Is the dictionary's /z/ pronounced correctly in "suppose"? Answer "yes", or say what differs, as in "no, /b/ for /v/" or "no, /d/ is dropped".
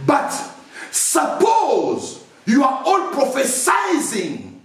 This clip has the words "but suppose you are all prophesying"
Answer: yes